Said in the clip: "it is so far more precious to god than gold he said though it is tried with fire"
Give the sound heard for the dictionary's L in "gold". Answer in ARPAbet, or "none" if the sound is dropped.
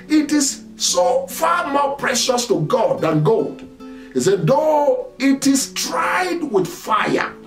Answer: L